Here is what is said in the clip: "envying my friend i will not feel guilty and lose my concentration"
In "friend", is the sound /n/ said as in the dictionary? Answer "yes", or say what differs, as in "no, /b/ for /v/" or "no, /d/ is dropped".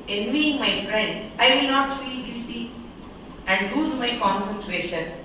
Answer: yes